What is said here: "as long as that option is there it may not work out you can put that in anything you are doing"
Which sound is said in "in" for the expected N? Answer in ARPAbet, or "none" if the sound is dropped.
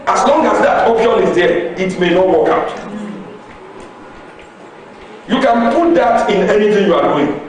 N